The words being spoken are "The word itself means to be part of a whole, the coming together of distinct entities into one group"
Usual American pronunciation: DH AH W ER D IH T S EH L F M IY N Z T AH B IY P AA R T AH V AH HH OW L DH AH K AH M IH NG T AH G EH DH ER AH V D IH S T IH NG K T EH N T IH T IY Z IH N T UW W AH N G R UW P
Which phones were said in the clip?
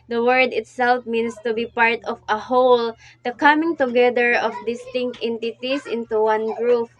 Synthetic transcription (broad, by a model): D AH W ER D IH T S EH L F M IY N S T AH B IY P AA R T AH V AH HH OW L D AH K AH M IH NG T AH G EH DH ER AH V D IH S T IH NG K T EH N T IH T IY S IH N T UW W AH N G R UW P